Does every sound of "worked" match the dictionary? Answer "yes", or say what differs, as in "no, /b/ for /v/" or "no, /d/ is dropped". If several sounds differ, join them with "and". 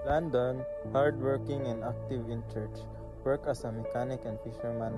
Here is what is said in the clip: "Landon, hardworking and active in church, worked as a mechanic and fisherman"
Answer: no, /t/ is dropped